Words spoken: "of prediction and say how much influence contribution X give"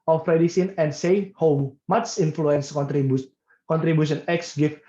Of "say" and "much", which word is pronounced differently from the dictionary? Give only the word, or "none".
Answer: much